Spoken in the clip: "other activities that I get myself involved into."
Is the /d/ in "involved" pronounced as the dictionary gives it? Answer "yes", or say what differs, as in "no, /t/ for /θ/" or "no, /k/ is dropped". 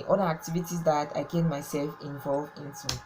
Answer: no, /d/ is dropped